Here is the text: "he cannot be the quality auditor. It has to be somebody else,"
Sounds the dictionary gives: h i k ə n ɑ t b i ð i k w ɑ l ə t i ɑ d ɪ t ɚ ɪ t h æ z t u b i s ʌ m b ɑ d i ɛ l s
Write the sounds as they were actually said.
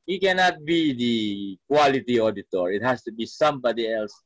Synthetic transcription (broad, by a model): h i k ə n ɑ t b i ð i k w ɑ l ə t i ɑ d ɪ t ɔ ɪ t h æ s t u b i s ʌ m b ɑ d i ɛ l s